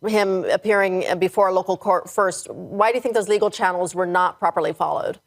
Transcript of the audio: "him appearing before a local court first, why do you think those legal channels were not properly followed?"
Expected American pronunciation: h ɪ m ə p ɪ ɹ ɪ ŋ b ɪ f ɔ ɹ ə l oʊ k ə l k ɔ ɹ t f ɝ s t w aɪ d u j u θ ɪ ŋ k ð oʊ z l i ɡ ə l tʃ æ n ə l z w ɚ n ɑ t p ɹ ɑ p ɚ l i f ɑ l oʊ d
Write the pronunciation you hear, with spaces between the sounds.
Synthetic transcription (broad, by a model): h ɪ m ə p ɪ ɹ ɪ ŋ b ɪ f ɔ ɹ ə l oʊ k l k ɔ ɹ t f ɝ s t w aɪ d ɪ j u θ ɪ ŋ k ð oʊ z l i ɡ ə l tʃ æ n l z w ɚ n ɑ t p ɹ ɑ p ɚ l i f ɑ l oʊ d